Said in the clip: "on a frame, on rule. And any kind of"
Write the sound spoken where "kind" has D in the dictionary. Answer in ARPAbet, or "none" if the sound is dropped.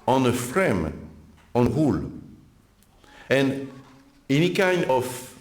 none